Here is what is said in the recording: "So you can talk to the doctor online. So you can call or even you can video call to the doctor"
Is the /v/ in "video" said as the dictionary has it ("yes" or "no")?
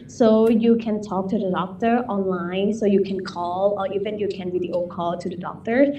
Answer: no